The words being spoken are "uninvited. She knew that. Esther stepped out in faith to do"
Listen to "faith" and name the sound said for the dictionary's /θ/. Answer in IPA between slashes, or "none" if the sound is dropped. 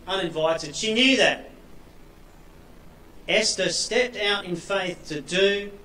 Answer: /θ/